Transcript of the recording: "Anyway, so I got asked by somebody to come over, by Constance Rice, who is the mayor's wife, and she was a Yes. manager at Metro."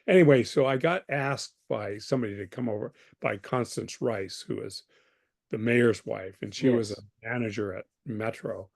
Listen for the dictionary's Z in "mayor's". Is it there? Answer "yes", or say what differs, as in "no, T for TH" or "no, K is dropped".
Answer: yes